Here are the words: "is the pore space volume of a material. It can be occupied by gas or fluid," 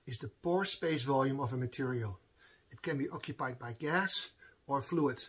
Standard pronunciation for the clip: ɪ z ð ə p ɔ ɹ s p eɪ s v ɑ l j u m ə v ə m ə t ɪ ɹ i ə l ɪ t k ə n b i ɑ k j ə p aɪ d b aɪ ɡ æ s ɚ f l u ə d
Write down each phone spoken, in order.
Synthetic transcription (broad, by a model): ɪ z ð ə p ɔ ɹ s p eɪ s v ɑ l j u m ə v ə m ə t ɪ ɹ i ə l ɪ t k ə n b i ɑ k j ə p aɪ d b aɪ ɡ æ s ɚ f l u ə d